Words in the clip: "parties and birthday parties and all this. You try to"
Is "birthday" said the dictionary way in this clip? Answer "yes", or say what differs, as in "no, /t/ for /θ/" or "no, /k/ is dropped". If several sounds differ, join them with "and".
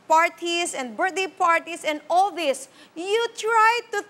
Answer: no, /t/ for /θ/